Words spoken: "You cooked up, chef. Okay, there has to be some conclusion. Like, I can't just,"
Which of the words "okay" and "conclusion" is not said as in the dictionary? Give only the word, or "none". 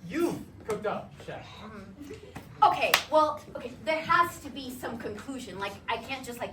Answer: none